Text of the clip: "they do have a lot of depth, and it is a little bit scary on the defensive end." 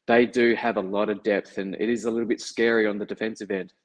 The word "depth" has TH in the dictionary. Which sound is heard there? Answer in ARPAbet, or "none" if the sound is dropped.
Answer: TH